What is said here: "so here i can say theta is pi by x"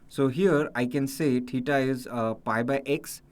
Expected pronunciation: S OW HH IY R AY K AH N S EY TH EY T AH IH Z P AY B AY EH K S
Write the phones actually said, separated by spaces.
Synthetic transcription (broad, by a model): S OW HH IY R AY K AH N S EY T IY T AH IH Z P AY B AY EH K S